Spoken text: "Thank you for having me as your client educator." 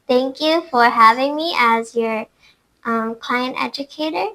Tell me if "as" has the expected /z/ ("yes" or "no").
yes